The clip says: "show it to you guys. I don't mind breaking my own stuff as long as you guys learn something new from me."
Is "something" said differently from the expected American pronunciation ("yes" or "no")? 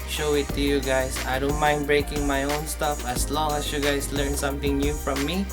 yes